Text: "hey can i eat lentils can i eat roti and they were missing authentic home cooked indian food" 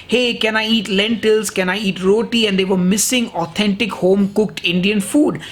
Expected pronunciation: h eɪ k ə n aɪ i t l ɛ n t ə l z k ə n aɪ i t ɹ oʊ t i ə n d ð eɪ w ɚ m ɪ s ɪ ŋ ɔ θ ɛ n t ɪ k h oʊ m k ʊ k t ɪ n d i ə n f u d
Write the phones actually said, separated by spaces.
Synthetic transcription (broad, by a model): h eɪ k ə n aɪ i t l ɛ n t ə l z k ə n aɪ i t ɹ oʊ t i ə n d eɪ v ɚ m ɪ s ɪ ŋ ɔ t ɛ n t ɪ k h oʊ m k ʊ k t ɪ n d i ə n f u d